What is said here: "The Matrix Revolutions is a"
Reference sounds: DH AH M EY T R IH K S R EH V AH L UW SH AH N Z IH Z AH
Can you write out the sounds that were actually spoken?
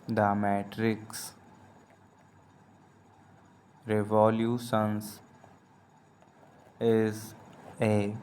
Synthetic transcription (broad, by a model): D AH M EY T R IH K S R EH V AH L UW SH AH N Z IH Z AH